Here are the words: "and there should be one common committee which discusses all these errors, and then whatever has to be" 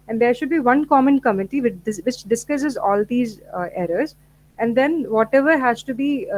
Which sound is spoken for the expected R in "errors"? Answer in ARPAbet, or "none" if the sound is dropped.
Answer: R